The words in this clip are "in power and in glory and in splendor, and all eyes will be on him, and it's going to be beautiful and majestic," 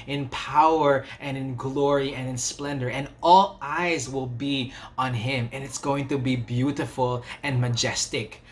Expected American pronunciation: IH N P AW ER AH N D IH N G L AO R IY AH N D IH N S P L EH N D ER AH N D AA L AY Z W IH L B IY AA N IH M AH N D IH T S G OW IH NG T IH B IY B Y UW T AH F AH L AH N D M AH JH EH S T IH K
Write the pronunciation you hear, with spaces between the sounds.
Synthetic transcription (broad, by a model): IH N P AW ER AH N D IH N G L AO R IY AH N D IH N S P L EH N D ER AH N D AA L AY Z W IH L B IY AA N IH M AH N IH T S G OW IH NG T IH B IY B Y UW T AH F AH L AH N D M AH JH EH S T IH K